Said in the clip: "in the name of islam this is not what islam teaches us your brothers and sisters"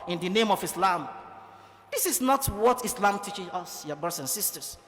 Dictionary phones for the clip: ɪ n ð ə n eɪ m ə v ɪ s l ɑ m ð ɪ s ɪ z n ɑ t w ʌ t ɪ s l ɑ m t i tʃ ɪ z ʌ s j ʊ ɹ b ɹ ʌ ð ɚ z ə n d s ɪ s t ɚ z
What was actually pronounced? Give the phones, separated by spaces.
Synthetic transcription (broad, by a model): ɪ n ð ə n eɪ m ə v ɪ s l ɑ m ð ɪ s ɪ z n ɑ t w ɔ t ɪ s l ɑ m t i tʃ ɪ ʌ s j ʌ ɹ b ɹ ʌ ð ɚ s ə n s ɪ s t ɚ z